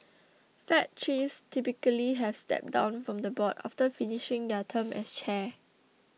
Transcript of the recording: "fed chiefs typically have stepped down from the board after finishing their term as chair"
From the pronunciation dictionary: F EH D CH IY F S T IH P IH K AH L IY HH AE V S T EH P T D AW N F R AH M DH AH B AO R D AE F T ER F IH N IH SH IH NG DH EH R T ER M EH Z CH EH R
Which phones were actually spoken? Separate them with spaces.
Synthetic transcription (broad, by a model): F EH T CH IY S T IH P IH K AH L IY HH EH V S T EH P D AW N F R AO M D AH B AO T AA F T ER F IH N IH SH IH NG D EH T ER M EH S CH EH